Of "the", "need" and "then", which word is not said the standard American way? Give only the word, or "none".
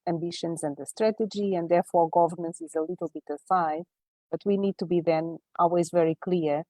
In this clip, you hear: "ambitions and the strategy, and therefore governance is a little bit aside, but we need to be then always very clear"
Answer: none